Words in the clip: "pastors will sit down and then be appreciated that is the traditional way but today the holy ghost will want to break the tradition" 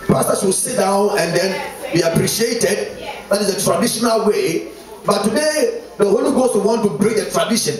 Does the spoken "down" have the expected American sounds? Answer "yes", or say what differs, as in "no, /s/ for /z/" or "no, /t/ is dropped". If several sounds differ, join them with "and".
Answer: yes